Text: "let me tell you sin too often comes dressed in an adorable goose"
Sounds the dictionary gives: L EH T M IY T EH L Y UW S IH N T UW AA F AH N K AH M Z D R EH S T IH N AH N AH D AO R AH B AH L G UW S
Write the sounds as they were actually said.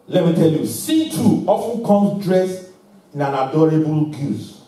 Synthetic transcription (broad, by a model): L EH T M IY T EH L Y UW S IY T UW AA F AH N K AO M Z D R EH S IH N AH N AH D AO R AH B AH L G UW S